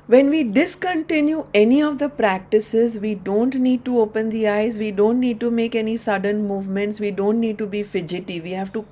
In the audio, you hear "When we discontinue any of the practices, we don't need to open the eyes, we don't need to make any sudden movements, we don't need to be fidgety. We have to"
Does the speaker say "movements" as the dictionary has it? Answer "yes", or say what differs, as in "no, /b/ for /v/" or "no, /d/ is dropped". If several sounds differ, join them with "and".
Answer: yes